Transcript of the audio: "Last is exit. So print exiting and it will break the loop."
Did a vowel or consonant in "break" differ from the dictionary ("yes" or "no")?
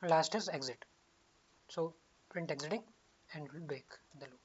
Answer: yes